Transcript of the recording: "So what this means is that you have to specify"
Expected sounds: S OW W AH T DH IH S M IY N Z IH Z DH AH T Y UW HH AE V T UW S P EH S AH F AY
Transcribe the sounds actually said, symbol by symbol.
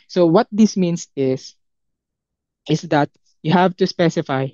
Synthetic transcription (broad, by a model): S OW W AH T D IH S M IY N S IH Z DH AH T Y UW HH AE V T UW S P EH S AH F AY